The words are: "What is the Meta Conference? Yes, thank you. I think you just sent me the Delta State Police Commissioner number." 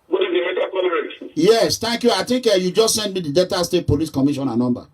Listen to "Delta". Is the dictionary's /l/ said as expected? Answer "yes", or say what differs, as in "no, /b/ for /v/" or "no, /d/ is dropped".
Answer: no, /l/ is dropped